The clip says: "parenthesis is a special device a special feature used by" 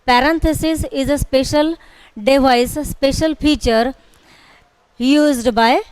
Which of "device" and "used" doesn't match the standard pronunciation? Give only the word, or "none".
device